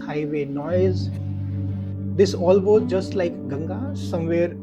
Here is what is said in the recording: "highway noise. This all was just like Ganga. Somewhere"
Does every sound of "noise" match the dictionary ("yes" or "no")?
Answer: yes